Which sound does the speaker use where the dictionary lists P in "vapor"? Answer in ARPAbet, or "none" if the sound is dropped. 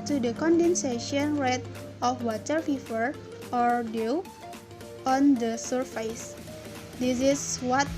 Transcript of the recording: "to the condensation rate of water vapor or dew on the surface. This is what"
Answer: F